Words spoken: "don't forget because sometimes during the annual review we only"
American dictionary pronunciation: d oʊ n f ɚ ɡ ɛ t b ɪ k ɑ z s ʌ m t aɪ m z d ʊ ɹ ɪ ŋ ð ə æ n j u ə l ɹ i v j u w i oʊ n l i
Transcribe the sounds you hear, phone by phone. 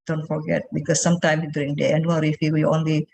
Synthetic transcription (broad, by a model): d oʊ n f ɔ ɡ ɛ t b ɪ k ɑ s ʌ m t aɪ m s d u ɹ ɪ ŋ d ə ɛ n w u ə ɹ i f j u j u oʊ n l i